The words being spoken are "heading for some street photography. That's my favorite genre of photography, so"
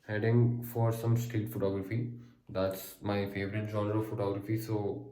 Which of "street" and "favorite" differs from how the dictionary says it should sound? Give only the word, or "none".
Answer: street